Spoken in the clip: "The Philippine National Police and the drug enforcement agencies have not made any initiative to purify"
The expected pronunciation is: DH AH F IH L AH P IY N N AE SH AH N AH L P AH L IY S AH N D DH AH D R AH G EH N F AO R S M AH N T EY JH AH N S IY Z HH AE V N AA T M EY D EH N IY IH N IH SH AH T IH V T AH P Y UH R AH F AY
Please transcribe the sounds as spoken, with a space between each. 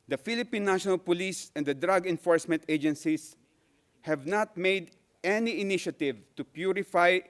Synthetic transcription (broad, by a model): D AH F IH L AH P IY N N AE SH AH N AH L P AH L IY S AH N D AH D R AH G EH N F AO R S M AH N T EY JH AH N S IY S HH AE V N AA T M EY D EH N IY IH N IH SH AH T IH V T AH P Y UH R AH F AY